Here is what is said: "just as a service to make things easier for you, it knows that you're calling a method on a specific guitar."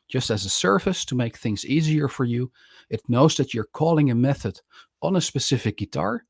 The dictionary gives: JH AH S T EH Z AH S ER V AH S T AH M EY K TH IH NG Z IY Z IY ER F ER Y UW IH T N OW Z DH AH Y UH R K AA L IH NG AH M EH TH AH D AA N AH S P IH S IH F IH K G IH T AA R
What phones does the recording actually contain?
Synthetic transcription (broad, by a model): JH AH S T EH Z AH S ER F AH S T AH M EY K TH IH NG Z IY Z IY ER F ER Y UW IH T N OW Z DH AH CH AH R K AA L IH NG AH M EH TH AH D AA N AH S P IH S IH F IH K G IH T AA R